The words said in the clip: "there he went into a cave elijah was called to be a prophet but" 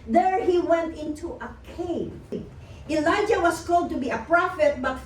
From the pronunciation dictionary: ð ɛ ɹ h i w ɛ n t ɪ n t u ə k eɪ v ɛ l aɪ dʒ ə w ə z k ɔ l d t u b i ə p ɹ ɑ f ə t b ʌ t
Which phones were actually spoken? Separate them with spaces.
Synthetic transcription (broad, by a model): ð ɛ ɹ h i w ɛ n t ɪ n t u ə k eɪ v ɛ l aɪ dʒ ə w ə s k ɔ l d t u b i ə p ɹ ɑ f ə t b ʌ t